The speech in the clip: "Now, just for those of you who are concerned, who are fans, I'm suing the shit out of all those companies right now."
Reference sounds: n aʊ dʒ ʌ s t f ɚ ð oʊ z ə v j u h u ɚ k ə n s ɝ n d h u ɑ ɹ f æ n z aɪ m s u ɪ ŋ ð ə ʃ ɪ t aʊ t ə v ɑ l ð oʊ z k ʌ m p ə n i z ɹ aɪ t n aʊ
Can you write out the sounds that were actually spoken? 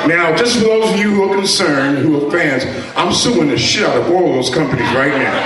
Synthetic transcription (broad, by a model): n aʊ dʒ ʌ s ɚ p oʊ ə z j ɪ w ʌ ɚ k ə n s ɝ n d h u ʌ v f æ n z aɪ m s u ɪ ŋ ð ə ʃ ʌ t t ə v ɑ l ð oʊ z k ʌ m p ə n i z ɹ aɪ t n aʊ